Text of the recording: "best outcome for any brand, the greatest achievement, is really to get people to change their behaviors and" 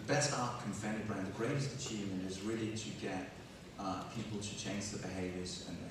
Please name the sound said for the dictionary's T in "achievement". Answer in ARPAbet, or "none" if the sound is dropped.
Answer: none